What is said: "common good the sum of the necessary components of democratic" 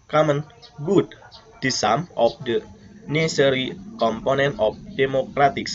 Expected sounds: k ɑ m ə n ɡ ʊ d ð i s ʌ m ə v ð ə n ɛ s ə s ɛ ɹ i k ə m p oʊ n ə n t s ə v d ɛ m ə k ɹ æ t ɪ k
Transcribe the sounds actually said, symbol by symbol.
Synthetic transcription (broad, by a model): k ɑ m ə n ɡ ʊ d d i s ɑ m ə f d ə n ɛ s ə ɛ ɹ i k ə m p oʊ n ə n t ə f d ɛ m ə k ɹ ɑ t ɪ k